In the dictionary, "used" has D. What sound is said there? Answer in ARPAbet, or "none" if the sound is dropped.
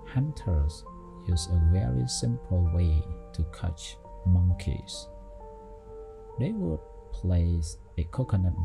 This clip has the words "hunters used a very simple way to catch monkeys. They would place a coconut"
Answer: none